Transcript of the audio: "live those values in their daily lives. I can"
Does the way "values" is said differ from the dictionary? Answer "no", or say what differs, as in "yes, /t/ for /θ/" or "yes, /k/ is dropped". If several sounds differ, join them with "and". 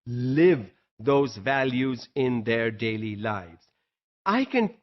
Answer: no